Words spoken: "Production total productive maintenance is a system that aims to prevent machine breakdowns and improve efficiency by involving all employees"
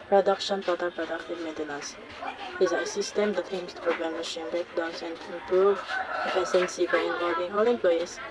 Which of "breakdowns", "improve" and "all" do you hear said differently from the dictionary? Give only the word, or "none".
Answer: breakdowns